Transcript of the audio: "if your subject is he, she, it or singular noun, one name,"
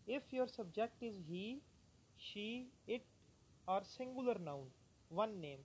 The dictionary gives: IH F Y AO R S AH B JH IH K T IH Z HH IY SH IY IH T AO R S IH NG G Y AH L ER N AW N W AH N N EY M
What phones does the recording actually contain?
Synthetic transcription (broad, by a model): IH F Y AO R S AH B JH IH K T IH Z HH IY SH IY IH T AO R S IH NG G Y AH L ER N AW N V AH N N EY M